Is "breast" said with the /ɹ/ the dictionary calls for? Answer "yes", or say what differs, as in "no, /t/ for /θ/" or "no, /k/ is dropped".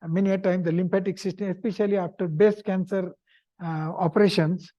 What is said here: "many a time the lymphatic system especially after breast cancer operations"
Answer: no, /ɹ/ is dropped